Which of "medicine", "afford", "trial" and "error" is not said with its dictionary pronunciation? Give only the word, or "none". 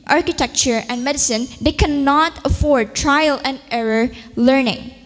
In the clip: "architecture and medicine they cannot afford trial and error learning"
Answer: none